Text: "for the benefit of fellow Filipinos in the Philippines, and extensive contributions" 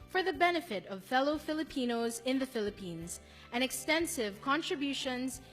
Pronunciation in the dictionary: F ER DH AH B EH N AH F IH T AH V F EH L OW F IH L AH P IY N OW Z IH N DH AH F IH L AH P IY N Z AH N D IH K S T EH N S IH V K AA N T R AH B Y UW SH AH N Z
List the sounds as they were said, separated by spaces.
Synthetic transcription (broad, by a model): F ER DH AH B EH N AH F IH T AH V F EH L OW F IH L AH P IY N OW Z IH N DH AH F IH L AH P IY N Z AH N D IH K S T EH N S IH V K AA N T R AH B Y UW SH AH N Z